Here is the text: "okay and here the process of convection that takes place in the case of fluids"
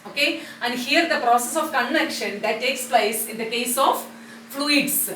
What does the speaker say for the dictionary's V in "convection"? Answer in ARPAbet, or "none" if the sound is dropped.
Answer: none